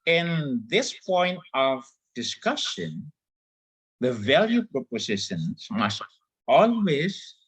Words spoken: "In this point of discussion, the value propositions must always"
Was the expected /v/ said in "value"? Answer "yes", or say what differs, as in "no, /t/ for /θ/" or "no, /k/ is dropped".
yes